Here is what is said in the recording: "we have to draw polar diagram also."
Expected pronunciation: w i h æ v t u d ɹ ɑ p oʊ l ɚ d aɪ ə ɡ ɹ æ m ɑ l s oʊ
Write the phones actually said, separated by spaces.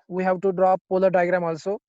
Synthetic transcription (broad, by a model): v i h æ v t u d ɹ ɑ p oʊ l ɚ d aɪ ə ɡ ɹ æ m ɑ l s oʊ